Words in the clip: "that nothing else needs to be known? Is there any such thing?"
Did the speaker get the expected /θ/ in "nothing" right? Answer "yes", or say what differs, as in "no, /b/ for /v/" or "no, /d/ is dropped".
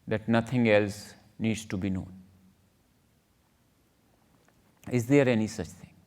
no, /t/ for /θ/